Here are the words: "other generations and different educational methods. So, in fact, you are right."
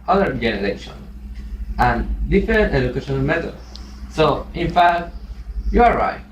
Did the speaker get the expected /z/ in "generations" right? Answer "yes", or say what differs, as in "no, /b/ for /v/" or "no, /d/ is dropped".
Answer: no, /z/ is dropped